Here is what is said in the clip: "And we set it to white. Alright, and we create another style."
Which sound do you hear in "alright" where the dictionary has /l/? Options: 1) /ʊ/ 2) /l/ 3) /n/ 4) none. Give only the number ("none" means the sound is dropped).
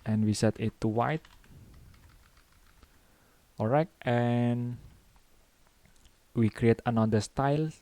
4